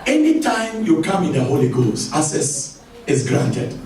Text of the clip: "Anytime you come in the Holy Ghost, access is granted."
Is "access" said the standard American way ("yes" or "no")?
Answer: no